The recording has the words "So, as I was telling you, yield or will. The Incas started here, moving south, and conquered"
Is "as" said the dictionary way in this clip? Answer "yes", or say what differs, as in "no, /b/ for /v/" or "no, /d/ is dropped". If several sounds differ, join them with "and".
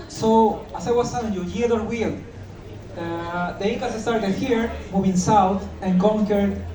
no, /s/ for /z/